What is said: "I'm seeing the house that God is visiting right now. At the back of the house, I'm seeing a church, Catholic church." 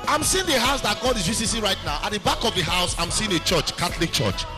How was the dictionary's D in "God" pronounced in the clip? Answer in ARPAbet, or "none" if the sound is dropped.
D